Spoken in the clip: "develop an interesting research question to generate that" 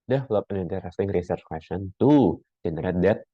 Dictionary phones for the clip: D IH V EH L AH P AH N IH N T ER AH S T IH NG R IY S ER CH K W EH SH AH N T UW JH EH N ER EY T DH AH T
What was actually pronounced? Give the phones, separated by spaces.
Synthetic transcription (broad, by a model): D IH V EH L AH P AH N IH N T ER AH S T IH NG R IY S ER CH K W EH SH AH N T UW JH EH N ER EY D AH T